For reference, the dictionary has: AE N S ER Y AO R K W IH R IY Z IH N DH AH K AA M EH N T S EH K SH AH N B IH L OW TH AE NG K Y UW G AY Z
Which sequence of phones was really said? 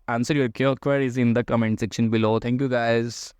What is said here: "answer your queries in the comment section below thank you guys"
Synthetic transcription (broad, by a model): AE N S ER Y AO R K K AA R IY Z IH N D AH K AA M EH N T S EH K SH AH N B IH L OW T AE NG K Y UW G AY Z